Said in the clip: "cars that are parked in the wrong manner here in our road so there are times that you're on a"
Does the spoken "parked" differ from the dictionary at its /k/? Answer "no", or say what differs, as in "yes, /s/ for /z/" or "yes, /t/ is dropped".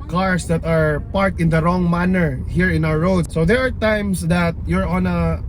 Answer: yes, /k/ is dropped